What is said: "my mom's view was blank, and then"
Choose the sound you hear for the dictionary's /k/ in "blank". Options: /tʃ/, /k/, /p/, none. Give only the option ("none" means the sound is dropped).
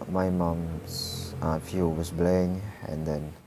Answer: none